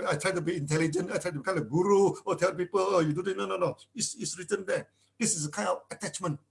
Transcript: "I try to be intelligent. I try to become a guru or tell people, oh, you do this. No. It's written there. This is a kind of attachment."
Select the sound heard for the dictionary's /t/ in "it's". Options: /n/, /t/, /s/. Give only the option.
/s/